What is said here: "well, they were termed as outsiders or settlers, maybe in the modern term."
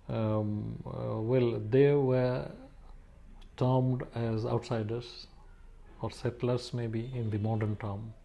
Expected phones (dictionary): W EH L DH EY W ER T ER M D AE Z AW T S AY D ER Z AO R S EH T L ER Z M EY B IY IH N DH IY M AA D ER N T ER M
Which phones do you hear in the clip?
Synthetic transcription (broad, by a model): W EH L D EY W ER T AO M D AE Z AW T S AY D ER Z AO R S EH T L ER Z M EY B IY IH N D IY M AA D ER N T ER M